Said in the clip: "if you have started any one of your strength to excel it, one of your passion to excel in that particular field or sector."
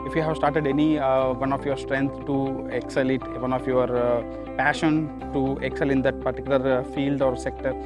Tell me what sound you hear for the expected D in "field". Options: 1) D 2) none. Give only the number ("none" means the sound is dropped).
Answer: 1